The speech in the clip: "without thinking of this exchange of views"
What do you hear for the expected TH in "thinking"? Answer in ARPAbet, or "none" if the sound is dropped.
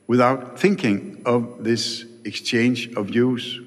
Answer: TH